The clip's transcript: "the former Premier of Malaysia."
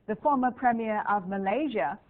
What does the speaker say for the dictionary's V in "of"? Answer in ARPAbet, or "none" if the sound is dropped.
V